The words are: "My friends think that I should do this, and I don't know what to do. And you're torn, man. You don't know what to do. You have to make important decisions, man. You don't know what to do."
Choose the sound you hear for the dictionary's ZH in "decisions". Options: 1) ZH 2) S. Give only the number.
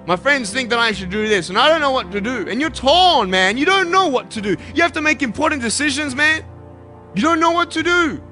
1